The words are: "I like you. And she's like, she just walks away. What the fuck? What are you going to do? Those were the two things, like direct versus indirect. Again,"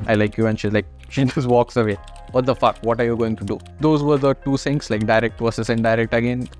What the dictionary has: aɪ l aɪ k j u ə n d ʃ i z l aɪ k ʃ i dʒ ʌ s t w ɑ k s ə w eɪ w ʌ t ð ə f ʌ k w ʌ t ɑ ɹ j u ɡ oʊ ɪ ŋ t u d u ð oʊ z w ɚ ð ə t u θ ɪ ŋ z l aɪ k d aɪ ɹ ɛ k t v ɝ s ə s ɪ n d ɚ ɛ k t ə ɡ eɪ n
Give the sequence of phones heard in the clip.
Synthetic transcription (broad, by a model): aɪ l aɪ k j u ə n ʃ i z l aɪ k ʃ i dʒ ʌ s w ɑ k s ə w eɪ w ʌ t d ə f ʌ k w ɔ t ɑ ɹ j u ɡ oʊ ɪ ŋ t u d u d oʊ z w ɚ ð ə t u s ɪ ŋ s l aɪ k d aɪ ɹ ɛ k t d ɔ s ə s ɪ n d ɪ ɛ k t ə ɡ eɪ n